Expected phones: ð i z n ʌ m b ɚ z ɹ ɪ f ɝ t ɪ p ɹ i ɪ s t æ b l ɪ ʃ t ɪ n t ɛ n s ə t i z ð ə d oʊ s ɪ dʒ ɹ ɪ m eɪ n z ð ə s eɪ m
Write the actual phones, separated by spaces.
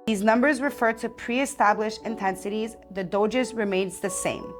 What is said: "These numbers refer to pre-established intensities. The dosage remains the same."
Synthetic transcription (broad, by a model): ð i z n ʌ m b ɚ z ɹ ɪ f ɝ t ɪ p ɹ i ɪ s t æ b l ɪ ʃ ɪ n t ɛ n s ə t i z ð ə d oʊ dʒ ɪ z ɹ ɪ m eɪ n z ð ə s eɪ m